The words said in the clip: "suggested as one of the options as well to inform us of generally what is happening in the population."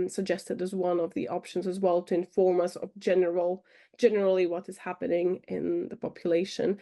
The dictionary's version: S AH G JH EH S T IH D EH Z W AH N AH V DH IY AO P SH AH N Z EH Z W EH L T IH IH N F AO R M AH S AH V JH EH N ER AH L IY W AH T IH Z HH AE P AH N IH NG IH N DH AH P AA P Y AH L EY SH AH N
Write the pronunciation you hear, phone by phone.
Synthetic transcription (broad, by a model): S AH G JH EH S T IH D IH Z W AH N AH V DH IY AO P SH AH N Z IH Z W EH L T IH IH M F AO R M AH S AH V JH EH N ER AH L IY W AH T IH Z HH AE P AH N IH NG IH N DH AH P AA P Y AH L EY SH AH N